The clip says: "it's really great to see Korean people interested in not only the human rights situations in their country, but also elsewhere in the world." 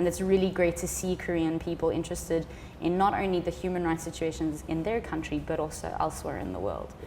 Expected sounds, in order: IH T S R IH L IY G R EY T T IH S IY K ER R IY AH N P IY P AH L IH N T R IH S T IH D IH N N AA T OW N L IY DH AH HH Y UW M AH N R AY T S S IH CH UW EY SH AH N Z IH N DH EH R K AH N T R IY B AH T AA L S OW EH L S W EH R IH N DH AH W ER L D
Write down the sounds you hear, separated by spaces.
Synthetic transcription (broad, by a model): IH T S R IH L IY G R EY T T IH S IY K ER R IY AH N P IY P AH L IH N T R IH S T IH D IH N N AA T OW N L IY DH AH HH Y UW M AH N R AY T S S IH CH UW EY SH AH N Z IH N DH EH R K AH N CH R IY B AH T AA L S OW EH L S W EH R IH N DH AH W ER L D